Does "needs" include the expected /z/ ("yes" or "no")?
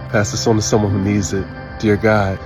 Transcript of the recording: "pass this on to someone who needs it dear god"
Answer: yes